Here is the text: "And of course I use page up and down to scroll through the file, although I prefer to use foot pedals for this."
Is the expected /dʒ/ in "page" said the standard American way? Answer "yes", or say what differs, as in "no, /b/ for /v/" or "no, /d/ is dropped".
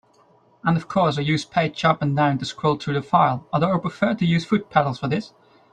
no, /tʃ/ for /dʒ/